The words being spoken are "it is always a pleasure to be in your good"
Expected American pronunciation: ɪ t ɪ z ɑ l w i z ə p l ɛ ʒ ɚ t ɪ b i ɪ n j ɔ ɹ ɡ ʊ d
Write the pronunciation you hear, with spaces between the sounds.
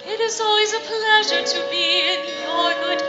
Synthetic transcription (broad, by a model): ɪ t ɪ z ɑ l w i z ə p l ɛ ʒ ɚ t ɪ b i ɪ n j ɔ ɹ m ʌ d